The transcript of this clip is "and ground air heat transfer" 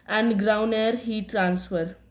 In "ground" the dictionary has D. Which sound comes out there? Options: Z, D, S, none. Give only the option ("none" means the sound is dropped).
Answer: none